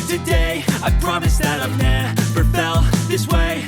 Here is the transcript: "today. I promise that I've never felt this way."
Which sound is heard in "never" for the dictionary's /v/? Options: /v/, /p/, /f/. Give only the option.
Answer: /p/